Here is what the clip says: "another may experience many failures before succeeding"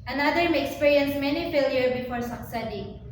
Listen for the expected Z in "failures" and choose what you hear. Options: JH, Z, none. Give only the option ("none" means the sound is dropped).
none